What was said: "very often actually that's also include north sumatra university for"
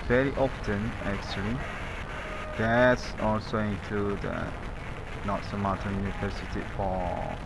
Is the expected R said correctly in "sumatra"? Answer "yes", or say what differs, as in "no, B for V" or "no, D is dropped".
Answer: no, R is dropped